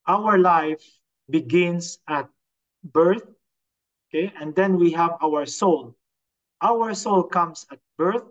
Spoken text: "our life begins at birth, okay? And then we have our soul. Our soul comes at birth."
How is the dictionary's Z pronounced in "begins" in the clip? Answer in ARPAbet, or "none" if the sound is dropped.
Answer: S